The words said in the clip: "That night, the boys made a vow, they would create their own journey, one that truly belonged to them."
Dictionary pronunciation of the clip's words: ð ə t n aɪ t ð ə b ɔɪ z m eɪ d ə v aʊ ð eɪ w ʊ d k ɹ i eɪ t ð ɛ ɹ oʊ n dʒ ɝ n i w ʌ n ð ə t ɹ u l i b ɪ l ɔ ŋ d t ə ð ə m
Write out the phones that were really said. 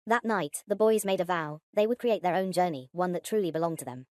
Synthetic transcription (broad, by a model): ð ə t n aɪ t ð ə b ɔɪ z m eɪ d ə v aʊ ð eɪ w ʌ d k ɹ i eɪ t ð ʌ ɹ oʊ n dʒ ɝ n i w ʌ n ð ə t ɹ u l i b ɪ l ɔ ŋ t ə ð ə m